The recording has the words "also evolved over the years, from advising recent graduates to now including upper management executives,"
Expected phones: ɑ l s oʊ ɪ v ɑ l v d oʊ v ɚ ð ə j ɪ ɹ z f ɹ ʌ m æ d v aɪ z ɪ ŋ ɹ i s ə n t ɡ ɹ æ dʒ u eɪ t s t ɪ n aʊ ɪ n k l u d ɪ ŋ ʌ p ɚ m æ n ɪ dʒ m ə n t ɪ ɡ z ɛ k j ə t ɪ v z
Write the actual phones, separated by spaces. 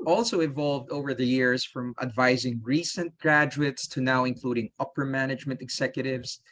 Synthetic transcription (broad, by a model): ɑ l s oʊ ɪ v ɑ l v d oʊ v ɚ ð ə j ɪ ɹ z f ɹ ʌ m æ d v aɪ z ɪ ŋ ɹ i s ə n t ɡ ɹ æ dʒ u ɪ t s t ɪ n aʊ ɪ n k l u d ɪ ŋ ʌ p ɚ m æ n ɪ dʒ m ə n t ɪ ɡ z ɛ k j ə t ɪ v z